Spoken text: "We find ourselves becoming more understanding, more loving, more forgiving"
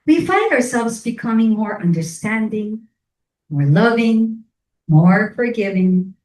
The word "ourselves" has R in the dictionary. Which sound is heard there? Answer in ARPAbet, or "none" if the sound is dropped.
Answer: R